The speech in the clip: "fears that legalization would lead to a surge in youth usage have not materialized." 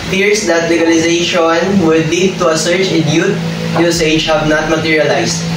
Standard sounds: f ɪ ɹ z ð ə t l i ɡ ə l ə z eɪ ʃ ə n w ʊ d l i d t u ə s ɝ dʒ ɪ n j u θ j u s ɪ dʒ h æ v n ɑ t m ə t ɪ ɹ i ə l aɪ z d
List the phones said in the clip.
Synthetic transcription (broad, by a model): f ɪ ɹ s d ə t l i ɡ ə l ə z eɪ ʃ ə n w ʊ d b i t u ə s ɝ tʃ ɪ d j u t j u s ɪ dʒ h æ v n ɑ t m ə t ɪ ɹ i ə l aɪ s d